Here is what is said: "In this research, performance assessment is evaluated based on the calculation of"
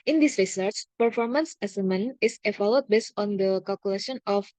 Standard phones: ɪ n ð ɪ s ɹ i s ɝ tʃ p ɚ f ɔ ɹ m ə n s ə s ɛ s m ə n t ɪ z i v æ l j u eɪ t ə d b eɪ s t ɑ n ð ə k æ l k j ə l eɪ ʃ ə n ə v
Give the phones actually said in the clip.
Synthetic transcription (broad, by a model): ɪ n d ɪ s ɹ i s ɝ tʃ p ɚ f ɔ ɹ m ə n s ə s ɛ m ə n ɪ s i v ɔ l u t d b eɪ s t ɑ n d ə k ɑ l k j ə l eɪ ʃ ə n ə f